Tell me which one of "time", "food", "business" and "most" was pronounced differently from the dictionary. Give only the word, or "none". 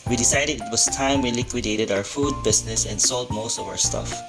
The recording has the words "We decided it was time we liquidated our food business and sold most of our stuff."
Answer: business